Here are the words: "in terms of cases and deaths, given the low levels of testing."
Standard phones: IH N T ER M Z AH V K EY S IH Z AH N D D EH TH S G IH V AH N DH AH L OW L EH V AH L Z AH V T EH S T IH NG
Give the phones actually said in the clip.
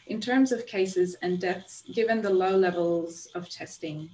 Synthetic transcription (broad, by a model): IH N T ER M Z AH V K EY S IH Z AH N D D EH TH S G IH V AH N DH AH L OW L EH V AH L Z AH V T EH S T IH NG